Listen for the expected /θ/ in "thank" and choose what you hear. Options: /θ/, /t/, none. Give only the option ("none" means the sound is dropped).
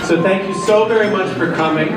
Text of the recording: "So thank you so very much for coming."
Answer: /θ/